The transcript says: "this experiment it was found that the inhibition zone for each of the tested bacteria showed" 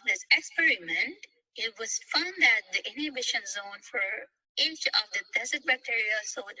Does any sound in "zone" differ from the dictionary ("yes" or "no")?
no